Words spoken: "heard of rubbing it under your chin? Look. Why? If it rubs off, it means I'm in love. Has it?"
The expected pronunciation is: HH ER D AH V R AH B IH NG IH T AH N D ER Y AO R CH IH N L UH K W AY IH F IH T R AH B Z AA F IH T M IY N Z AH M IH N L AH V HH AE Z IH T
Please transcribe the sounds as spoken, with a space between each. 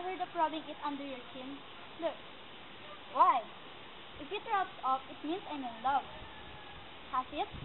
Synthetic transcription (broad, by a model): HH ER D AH P R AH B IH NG IH T AH N D ER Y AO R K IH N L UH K W AY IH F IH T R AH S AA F IH T M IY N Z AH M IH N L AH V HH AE S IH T